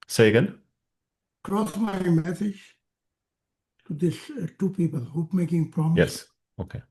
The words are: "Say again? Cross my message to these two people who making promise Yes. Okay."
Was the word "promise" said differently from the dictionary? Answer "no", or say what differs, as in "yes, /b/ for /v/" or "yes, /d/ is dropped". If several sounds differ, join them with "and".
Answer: yes, /s/ is dropped